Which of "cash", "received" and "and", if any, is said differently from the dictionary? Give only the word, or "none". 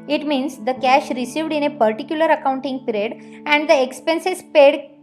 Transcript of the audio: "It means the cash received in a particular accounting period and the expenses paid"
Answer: none